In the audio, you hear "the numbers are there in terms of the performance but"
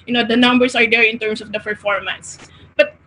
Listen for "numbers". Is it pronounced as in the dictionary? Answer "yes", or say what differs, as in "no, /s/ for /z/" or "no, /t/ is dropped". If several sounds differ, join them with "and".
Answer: no, /s/ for /z/